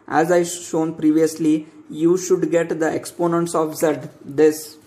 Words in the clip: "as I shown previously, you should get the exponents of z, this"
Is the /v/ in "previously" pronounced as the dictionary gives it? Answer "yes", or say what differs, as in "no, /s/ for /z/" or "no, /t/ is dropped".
yes